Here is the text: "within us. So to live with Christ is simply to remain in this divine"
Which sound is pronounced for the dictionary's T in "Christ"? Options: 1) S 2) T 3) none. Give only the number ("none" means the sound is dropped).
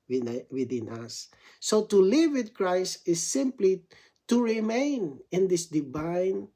2